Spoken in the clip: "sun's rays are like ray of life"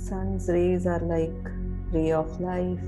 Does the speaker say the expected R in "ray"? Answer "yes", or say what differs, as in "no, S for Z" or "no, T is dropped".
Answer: yes